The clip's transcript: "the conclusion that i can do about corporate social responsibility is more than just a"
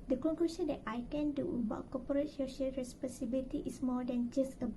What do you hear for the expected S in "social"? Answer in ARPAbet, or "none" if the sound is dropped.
SH